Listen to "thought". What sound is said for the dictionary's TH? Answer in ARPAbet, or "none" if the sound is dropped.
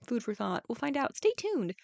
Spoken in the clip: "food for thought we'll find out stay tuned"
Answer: TH